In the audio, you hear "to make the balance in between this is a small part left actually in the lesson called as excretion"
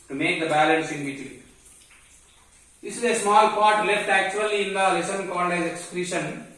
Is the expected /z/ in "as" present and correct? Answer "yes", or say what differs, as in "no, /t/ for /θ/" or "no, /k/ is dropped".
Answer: no, /s/ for /z/